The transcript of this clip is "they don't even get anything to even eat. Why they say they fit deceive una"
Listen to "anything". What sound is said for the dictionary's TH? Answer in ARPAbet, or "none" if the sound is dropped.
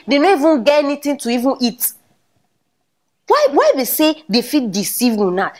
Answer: T